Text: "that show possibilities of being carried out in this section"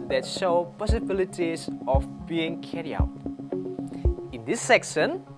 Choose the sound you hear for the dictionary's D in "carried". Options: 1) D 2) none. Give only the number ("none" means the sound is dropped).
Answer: 2